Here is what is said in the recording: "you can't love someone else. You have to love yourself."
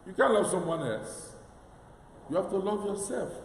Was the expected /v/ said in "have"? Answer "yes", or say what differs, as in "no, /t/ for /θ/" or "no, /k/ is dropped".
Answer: no, /f/ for /v/